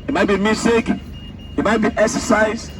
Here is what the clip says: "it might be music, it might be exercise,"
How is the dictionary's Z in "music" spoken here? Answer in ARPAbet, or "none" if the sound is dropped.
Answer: S